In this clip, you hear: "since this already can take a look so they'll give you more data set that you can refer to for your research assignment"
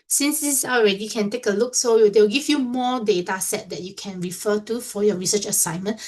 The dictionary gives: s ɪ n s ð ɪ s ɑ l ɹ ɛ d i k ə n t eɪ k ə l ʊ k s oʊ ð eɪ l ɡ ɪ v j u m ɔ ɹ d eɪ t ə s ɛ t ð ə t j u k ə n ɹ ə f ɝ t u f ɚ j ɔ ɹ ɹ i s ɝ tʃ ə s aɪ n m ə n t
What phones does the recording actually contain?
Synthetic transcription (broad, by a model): s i n s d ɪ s ɑ l ɹ ɛ d i k ə n t eɪ k ə l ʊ k s oʊ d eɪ w ɡ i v j u m ɔ d eɪ t ə s ɛ t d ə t j u k ə n ɹ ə f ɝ t u f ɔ j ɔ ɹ ɹ i s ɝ tʃ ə s aɪ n m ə n